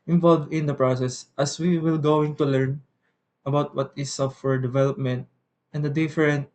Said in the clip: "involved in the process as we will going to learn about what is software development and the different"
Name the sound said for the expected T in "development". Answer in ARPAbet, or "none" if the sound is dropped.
T